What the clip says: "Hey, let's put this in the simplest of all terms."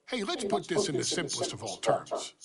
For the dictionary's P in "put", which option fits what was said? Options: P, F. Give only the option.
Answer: P